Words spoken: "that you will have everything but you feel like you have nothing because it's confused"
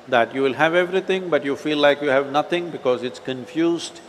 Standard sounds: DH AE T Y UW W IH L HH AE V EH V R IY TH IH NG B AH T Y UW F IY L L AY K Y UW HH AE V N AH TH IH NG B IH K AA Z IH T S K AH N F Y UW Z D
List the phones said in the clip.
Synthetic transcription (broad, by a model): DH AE T Y UW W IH L HH AE V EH V R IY T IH NG B AH T Y UW F IY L L AY K Y UW HH AE V N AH T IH NG B IH K AA Z IH T S K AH N F Y UW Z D